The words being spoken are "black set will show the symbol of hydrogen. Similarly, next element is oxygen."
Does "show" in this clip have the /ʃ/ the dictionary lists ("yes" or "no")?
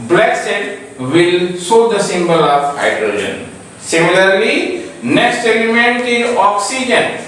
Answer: no